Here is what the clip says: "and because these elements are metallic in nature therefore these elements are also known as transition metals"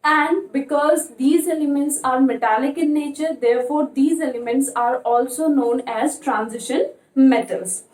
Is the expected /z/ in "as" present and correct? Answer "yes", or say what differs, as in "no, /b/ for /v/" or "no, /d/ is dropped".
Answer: yes